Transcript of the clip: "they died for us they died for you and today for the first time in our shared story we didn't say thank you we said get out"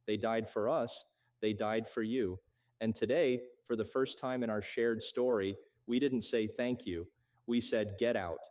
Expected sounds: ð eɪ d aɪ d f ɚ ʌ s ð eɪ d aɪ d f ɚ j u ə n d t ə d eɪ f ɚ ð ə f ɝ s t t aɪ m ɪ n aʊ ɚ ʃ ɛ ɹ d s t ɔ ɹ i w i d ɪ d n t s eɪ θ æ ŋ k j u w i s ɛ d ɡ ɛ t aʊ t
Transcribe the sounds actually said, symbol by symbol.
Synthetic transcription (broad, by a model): ð eɪ d aɪ d f ɚ ʌ s ð eɪ d aɪ d f ɚ j u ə n t ə d eɪ f ɚ ð ə f ɝ s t t aɪ m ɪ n aʊ ɚ ʃ ɛ ɹ d s t ɔ ɹ i w i d ɪ d n t s eɪ θ æ ŋ k j u w i s ɛ d ɡ ɛ t aʊ t